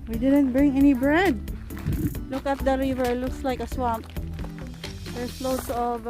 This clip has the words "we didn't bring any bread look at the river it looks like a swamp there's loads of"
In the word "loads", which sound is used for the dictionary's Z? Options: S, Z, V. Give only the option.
S